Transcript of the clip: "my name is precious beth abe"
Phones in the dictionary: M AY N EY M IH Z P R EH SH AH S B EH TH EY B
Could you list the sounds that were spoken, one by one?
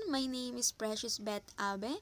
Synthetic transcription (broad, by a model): M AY N EY M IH S P R EH SH AH S B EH T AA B